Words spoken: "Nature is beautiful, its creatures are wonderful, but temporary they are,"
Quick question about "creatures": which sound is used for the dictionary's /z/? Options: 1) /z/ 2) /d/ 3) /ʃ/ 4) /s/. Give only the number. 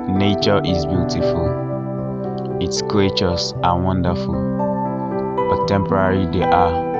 4